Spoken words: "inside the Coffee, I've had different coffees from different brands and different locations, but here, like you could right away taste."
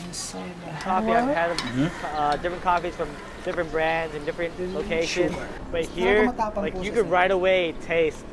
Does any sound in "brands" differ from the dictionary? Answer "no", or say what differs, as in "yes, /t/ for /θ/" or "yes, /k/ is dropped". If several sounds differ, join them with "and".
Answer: no